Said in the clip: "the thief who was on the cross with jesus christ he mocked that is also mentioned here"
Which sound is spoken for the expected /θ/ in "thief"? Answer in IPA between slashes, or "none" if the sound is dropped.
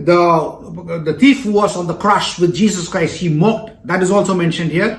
/t/